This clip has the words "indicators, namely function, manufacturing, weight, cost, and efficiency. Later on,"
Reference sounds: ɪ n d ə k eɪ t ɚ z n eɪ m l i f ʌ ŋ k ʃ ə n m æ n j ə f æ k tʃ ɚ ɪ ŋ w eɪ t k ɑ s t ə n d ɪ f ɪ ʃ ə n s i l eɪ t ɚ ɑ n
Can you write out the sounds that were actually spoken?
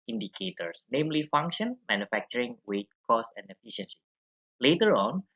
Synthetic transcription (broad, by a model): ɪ n d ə k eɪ t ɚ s n eɪ m l i f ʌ ŋ k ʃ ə n m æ n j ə f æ k tʃ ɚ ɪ ŋ w eɪ t k ɑ s ə n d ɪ f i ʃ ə n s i l eɪ t ɚ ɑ n